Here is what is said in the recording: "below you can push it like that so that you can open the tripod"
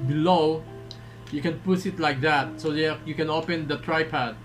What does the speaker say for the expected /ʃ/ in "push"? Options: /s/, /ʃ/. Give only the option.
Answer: /s/